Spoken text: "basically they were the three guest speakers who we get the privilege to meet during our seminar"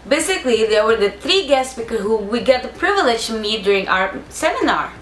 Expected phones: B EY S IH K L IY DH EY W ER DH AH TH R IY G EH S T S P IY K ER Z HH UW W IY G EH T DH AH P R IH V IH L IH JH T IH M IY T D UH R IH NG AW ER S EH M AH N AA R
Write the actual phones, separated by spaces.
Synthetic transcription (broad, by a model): B EY S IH K L IY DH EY W ER DH AH TH R IY G EH S T S B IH K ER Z HH UW W IY G EH T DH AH P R IH V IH L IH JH T IH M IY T D UH R IH NG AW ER S EH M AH N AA R